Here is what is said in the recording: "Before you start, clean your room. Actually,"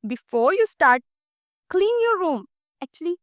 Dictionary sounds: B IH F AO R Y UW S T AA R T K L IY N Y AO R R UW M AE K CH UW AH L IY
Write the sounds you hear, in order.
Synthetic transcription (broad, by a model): B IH F AO R Y UW S T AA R T K L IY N Y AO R R UW M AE K CH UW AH L IY